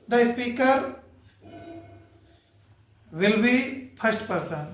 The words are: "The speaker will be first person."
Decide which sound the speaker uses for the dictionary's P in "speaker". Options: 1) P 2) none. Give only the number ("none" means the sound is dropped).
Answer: 1